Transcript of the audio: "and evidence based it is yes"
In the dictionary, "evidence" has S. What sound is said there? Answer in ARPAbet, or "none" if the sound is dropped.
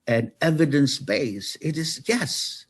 S